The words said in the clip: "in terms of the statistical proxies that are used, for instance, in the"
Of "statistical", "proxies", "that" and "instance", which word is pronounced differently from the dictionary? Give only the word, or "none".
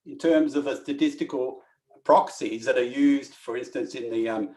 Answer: none